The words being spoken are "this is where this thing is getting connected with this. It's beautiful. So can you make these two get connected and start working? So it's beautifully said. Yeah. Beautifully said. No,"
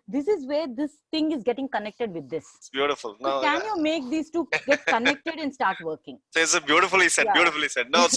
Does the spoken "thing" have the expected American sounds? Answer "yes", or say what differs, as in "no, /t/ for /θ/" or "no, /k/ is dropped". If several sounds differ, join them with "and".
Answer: no, /t/ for /θ/